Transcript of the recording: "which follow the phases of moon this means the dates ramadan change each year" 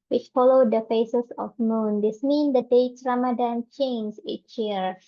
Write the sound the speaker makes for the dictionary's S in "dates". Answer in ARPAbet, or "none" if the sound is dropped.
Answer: none